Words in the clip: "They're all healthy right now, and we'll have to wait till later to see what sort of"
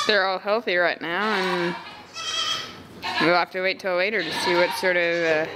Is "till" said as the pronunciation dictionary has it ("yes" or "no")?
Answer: yes